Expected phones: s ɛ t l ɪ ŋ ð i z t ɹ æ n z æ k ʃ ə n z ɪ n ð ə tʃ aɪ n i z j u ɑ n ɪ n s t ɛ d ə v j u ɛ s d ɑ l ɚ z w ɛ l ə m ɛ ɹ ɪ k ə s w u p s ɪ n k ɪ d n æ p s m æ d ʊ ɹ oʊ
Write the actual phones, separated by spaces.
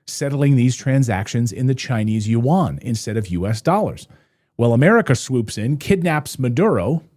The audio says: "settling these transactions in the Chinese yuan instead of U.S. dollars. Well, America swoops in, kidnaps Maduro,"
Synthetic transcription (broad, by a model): s ɛ t l ɪ ŋ ð i z t ɹ æ n z æ k ʃ ə n z ɪ n ð ə tʃ aɪ n i z j u ɑ n ɪ n s t ɛ d ə v j u ɛ s d ɑ l ɚ z w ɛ l ə m ɛ ɹ ɪ k ə s w u p s ɪ n k ɪ d n æ p s m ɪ d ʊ ɹ oʊ